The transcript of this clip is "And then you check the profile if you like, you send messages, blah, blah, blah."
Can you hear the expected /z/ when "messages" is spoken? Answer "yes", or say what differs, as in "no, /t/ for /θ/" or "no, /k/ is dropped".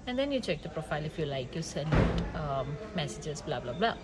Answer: no, /s/ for /z/